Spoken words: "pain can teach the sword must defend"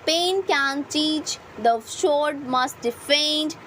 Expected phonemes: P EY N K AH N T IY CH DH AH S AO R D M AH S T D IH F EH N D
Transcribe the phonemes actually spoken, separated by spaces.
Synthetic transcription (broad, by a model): P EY N K AH N T IY CH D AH SH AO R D M AH S T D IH F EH N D